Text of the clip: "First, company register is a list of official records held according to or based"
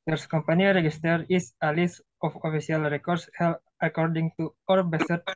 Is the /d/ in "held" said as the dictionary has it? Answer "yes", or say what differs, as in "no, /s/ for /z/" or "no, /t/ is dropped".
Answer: no, /d/ is dropped